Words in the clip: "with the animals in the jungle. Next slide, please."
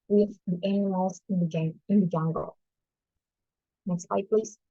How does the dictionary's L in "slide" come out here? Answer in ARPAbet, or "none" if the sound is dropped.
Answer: none